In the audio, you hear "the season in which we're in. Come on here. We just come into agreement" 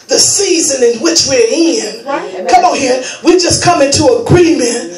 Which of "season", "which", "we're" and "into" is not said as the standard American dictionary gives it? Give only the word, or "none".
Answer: none